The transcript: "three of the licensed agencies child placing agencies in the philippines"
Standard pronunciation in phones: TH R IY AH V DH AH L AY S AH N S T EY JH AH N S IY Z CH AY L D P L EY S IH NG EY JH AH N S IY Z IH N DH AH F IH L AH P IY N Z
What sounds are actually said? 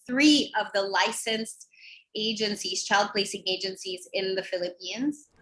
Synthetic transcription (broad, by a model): TH R IY AH V DH AH L AY S AH N S T EY JH AH N S IY Z CH AY L D P L EY S IH NG EY JH AH N S IY Z IH N DH AH F IH L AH P IY N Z